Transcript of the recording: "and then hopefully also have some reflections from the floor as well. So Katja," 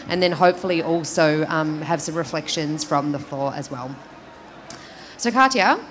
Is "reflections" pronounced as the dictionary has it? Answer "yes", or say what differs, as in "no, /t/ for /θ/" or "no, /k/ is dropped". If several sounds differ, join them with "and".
yes